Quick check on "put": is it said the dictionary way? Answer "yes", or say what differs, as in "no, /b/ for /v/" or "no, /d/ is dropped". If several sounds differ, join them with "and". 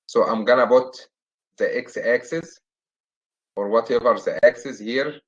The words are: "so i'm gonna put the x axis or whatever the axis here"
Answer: no, /b/ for /p/